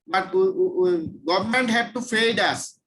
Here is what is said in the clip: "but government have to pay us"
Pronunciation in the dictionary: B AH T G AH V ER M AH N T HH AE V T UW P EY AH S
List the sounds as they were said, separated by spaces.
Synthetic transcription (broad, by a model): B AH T G AH V ER M AH N T HH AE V T UW F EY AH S